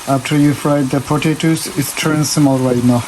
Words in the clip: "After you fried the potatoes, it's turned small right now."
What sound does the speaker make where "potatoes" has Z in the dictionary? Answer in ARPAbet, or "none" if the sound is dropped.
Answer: S